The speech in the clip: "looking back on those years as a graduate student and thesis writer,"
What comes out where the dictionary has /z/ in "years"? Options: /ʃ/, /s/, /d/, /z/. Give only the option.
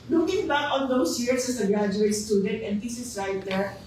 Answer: /s/